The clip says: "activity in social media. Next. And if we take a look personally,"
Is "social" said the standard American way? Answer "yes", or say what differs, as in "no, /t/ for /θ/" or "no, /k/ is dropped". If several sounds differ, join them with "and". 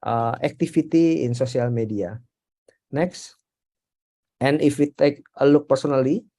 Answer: no, /s/ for /ʃ/